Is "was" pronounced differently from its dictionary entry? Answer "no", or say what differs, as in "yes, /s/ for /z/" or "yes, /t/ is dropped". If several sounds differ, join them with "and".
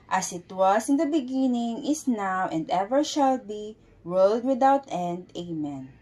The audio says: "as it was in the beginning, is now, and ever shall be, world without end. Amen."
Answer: yes, /s/ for /z/